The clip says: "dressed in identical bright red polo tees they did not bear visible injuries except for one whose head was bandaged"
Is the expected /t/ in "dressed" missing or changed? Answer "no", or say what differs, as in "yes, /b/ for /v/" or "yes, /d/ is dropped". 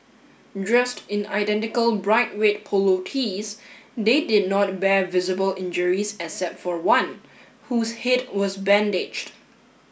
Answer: no